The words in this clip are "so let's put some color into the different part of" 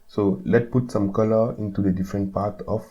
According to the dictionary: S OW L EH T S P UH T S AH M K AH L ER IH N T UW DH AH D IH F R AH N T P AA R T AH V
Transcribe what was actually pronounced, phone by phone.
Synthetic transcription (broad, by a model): S OW L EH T P UH T S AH M K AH L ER IH N T UW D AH D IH F R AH N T P AA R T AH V